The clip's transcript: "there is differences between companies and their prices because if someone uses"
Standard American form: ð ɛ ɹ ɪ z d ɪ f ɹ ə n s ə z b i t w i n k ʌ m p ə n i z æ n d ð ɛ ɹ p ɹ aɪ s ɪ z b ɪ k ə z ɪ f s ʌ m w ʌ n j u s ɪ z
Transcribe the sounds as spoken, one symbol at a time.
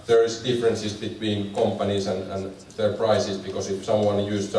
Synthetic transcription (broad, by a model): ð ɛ ɹ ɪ s d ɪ f ɹ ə n s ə s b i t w i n k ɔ m p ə n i s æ n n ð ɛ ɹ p ɹ aɪ s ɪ s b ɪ k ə s ɪ f s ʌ m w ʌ n j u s